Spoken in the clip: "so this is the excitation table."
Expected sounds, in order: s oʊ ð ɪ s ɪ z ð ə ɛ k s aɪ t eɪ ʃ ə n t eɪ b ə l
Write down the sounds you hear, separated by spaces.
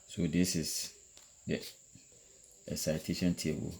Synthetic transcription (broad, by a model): s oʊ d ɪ s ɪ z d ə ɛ s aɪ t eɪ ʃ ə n t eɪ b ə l